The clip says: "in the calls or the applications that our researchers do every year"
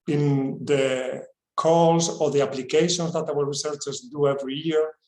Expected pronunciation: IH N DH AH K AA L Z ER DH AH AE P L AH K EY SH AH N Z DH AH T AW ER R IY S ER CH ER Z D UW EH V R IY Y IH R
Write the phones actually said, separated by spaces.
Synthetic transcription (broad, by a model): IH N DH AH K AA L S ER DH AH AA P L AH K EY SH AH N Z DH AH T AW ER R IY S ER CH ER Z D UW EH V R IY Y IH R